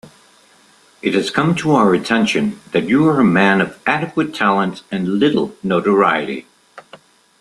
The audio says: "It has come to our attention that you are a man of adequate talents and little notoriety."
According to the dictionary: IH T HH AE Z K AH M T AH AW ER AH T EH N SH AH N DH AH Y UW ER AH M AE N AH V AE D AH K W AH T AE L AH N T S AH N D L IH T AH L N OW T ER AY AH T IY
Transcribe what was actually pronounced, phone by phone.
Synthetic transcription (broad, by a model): IH T HH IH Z K AH M T AH AW ER AH T EH N SH AH N DH AH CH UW ER AH M AE N AH V AE D AH K W AH T AE L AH N T AH N L IH T L N OW T ER AY AH T IY